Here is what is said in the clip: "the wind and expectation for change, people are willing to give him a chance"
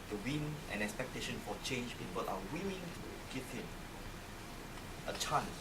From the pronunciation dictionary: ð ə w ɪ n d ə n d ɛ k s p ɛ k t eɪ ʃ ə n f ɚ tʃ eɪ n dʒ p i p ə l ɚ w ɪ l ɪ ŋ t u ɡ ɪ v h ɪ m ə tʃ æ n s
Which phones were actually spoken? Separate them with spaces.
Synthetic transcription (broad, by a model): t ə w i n ə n ɛ k s p ɛ k t eɪ ʃ ə n f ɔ tʃ eɪ n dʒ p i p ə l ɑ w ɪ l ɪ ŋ t u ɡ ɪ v h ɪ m ə tʃ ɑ n s